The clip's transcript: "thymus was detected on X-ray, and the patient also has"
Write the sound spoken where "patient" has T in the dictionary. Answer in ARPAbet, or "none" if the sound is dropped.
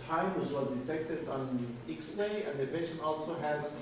none